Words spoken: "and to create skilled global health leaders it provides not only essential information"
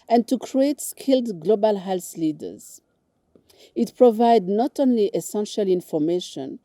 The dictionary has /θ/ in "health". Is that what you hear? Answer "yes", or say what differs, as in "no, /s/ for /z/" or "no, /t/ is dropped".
no, /s/ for /θ/